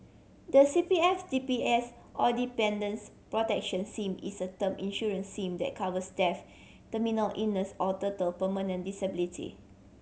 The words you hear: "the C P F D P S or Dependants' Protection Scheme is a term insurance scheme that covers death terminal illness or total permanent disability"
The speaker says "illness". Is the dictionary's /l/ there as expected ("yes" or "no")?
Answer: no